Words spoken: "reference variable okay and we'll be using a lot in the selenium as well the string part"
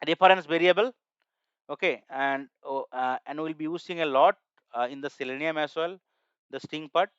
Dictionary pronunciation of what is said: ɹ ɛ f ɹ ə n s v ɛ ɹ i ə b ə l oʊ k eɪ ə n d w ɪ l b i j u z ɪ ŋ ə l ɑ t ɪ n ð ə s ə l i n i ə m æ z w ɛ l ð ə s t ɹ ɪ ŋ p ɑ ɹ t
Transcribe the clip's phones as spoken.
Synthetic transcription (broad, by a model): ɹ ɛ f ɹ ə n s v ɛ ɹ i ə b ə l oʊ k eɪ ə n d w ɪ l b i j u s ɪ ŋ ə l ɑ t ɪ n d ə s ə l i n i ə m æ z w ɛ l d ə s t ɪ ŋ p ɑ ɹ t